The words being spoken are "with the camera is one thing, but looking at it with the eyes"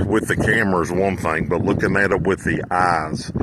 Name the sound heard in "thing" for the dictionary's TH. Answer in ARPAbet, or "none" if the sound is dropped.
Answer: TH